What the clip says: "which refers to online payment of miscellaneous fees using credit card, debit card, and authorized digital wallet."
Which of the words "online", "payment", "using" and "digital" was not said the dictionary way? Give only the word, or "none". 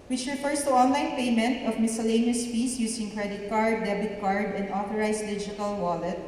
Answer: using